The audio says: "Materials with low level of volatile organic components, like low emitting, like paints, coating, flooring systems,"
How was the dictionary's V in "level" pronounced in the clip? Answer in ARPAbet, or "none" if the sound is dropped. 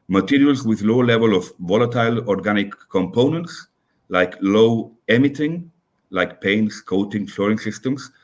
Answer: V